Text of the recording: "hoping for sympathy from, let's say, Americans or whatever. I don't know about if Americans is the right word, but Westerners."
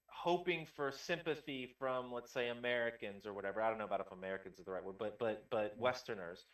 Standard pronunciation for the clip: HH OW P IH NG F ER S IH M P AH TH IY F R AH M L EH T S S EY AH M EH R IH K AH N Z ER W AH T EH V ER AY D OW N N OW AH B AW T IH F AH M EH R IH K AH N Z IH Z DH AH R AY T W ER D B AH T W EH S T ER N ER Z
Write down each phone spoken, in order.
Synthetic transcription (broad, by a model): HH OW P IH NG F ER S IH M P AH TH IY F R AH M L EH T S S EY AH M EH R IH K AH N Z ER W AH T EH V ER AY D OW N N OW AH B AW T IH F AH M EH R IH K AH N Z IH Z DH AH R AY T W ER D B AH T W EH S T ER N ER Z